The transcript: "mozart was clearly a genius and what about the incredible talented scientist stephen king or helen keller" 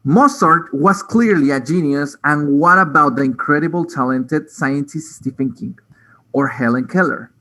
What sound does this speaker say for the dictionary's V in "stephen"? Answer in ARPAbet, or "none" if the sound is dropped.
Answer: F